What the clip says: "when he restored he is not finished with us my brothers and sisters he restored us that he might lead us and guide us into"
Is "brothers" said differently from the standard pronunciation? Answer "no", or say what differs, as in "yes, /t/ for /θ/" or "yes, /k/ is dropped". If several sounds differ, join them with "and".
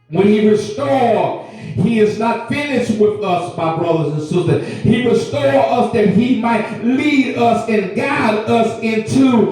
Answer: no